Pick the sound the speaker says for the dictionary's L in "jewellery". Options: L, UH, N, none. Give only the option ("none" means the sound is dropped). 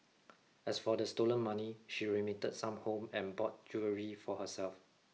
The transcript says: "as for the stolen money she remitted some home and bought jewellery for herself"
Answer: none